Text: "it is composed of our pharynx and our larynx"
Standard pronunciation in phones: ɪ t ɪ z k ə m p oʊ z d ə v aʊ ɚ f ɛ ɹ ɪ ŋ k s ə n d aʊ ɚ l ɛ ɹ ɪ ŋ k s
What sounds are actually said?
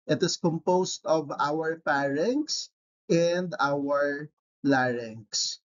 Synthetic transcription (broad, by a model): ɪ t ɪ s k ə m p oʊ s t ə v aʊ ɚ p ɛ ɹ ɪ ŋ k s ə n d aʊ ɚ l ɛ ɹ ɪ ŋ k s